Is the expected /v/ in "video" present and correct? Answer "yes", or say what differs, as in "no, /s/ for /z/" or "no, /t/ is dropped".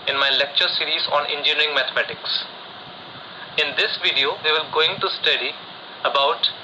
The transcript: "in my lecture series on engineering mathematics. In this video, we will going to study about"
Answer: yes